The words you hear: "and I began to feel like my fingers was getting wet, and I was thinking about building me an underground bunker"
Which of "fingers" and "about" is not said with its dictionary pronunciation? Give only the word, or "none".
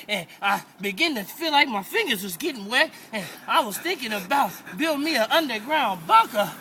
none